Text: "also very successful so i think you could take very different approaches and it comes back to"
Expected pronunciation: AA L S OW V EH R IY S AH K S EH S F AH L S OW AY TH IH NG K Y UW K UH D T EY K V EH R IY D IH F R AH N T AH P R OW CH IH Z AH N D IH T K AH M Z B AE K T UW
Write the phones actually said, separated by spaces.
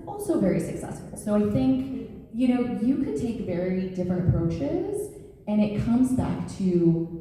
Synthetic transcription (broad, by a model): AA L S OW V EH R IY S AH K S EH S F L S OW AY TH IH NG K Y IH K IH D T EY K V EH R IY D IH F R AH N T AH P R OW CH IH Z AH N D IH T K AH M Z B AE K T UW